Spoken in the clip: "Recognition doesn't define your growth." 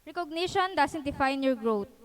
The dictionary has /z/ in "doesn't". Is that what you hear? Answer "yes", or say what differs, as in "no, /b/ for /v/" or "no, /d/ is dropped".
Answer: no, /s/ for /z/